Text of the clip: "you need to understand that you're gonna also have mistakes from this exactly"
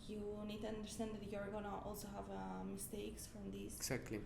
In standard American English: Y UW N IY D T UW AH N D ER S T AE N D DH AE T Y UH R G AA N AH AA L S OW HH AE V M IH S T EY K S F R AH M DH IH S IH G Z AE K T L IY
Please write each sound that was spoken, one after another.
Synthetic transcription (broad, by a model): Y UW N IY D T UW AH N D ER S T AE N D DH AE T Y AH R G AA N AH AA L S OW HH AE V M IH S T EY K S F R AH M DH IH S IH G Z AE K T L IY